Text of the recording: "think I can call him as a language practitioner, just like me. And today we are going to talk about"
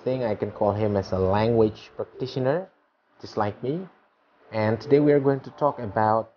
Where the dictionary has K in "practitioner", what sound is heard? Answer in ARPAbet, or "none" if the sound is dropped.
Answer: K